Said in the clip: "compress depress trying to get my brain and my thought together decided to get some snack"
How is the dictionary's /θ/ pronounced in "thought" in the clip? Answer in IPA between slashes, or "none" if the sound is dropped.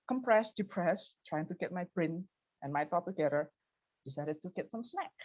/t/